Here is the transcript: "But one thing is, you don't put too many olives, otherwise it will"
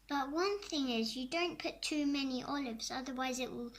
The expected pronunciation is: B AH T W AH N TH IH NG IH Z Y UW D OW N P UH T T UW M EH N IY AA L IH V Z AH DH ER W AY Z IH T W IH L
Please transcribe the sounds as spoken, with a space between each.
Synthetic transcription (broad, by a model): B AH T W AH N TH IH NG IH Z Y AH D OW N P UH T T UW M EH N IY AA L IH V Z AH DH ER W AY Z IH T W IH L